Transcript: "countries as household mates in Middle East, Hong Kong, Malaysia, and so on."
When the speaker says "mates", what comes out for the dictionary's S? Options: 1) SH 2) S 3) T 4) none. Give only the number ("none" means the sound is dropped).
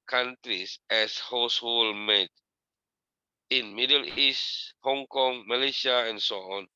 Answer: 4